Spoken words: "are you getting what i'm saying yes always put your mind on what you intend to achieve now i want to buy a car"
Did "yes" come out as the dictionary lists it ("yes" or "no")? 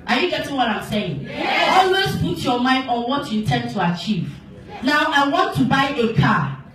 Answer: no